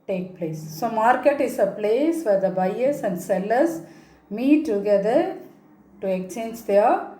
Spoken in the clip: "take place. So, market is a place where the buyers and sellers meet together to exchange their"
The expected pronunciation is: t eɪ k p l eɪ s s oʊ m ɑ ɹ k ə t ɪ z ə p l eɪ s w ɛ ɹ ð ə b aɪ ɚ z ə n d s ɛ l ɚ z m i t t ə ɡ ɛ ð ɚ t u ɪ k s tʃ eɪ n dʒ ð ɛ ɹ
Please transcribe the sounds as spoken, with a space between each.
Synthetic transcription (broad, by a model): t eɪ k p l eɪ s s oʊ m ɑ ɹ k ə t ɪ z ə p l eɪ s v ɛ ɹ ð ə b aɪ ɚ s ə n d s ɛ l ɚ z m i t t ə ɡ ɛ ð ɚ t u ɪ k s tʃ eɪ n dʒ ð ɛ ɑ